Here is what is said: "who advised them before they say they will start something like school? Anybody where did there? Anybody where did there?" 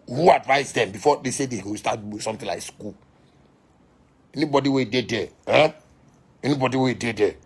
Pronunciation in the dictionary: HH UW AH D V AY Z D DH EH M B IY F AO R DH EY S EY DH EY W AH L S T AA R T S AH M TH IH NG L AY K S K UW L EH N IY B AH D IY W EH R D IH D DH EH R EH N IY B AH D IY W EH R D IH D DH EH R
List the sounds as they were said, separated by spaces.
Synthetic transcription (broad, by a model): HH UW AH D V AY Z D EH M B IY F AO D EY S EY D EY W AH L S T AA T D S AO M T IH L AY K S K UW L EH N IY B AH D IY W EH D IH D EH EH EH N IY B AH D IY W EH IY D IH D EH